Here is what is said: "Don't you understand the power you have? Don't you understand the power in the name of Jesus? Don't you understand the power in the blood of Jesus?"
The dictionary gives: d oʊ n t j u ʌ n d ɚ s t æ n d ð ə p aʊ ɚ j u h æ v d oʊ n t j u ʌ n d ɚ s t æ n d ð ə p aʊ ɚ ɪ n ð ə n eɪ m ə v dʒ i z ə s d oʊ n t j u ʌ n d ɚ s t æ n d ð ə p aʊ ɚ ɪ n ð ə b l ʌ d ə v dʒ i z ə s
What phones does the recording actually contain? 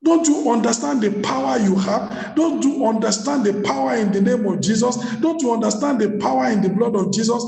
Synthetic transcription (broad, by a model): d oʊ n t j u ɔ n d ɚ s t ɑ n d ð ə p aʊ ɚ j u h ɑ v d oʊ n t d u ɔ n d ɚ s t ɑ n d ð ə p aʊ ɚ ɪ n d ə n eɪ m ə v dʒ i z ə s d oʊ n t j u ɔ n d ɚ s t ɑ n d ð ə p aʊ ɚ ɪ n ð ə b l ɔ d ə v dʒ i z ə s